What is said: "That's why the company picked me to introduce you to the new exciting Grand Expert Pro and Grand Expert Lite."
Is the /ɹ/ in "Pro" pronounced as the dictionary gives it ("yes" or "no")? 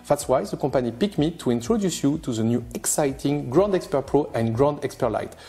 yes